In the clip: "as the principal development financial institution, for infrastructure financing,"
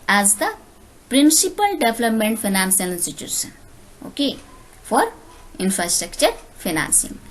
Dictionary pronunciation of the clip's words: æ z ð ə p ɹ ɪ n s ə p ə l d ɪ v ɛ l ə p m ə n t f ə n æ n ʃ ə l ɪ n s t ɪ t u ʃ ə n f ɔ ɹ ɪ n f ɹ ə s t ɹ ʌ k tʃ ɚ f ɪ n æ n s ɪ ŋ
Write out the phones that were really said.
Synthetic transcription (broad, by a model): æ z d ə p ɹ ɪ n s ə p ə l d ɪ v l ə p m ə n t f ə n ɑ n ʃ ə l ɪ n s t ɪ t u s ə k f ɔ ɹ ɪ n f ɹ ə s t ɹ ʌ k tʃ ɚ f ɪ n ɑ n s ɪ ŋ